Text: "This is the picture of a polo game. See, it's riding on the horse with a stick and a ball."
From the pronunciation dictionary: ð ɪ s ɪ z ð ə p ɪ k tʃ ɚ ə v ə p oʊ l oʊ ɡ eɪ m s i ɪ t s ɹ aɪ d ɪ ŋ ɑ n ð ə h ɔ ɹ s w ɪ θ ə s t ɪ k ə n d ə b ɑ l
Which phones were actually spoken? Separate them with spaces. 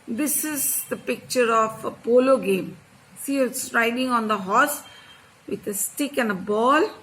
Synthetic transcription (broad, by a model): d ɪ s ɪ z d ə p ɪ k tʃ ɚ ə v ə p oʊ l oʊ ɡ eɪ m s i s ɹ aɪ d ɪ ŋ ɑ n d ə h ɔ s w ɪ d ə s t ɪ k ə n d ə b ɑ l